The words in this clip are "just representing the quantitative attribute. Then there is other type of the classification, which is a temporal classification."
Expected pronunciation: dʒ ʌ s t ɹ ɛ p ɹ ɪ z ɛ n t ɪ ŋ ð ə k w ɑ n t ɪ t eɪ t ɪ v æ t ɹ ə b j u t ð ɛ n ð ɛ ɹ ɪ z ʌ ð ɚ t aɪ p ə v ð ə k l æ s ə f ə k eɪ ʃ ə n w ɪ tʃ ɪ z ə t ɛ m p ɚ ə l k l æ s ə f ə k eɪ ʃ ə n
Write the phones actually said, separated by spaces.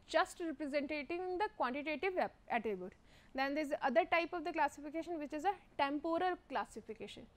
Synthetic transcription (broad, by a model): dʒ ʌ s t ɹ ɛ p ɹ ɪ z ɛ n t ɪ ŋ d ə k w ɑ n t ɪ t eɪ t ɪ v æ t ə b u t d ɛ n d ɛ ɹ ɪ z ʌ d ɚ t aɪ p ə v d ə k l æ s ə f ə k eɪ ʃ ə n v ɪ tʃ ɪ z ə t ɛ m p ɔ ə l k l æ s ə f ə k eɪ ʃ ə n